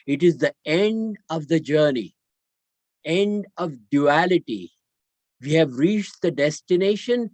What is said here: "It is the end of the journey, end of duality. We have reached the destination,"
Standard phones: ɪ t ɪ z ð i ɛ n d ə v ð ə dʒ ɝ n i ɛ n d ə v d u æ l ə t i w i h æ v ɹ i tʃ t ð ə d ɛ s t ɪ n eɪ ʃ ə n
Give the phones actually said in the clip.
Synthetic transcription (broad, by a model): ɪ t ɪ z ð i ɛ n d ə v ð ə dʒ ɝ n i ɛ n d ə v d u æ l ə t i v i h æ v ɹ i tʃ t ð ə d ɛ s t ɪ n eɪ ʃ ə n